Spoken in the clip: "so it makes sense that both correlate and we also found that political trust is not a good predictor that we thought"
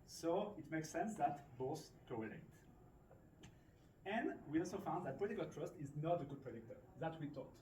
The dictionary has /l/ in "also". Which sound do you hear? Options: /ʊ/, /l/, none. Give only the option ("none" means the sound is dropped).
/l/